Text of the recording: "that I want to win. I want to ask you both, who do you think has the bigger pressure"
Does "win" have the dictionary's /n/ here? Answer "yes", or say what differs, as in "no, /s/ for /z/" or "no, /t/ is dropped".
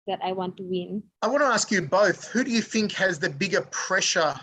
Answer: yes